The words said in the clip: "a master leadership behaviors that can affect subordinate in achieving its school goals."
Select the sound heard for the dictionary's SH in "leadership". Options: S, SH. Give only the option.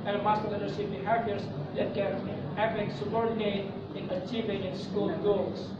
S